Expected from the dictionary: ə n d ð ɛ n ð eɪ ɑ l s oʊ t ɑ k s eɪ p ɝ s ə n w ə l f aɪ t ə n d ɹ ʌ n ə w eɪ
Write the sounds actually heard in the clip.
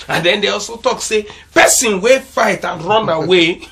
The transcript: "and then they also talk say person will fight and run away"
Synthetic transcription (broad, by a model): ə n d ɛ n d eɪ ɑ l s oʊ t ɑ k s eɪ p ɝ s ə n w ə f aɪ t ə n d ɹ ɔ n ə w eɪ